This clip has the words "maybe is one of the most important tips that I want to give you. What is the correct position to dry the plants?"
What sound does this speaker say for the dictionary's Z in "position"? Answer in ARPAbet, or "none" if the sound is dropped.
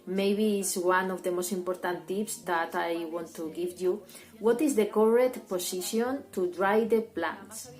S